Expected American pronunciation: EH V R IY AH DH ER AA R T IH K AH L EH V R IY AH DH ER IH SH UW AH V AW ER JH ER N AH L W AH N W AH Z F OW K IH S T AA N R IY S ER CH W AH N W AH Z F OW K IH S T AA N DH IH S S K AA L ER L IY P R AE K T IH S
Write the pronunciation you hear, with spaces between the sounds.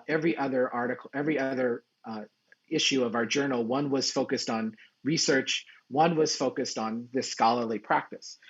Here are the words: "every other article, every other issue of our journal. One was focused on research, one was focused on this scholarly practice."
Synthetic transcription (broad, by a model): EH V R IY AH DH ER AA R T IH K L EH V R IY AH DH ER IH SH UW AH V AW ER JH ER N L W AH N W AH Z F OW K IH S T N R IY S ER CH W AH N W AH Z F OW K IH S T N DH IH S S K AA L ER L IY P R AE K T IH S